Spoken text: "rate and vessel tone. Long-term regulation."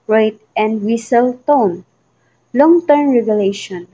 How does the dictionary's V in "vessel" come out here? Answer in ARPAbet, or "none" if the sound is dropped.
W